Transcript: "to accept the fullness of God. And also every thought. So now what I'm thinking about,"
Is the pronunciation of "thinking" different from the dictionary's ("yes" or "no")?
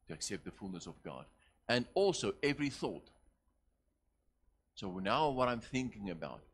no